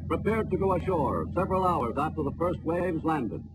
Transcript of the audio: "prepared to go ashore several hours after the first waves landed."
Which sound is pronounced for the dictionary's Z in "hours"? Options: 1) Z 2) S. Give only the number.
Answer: 1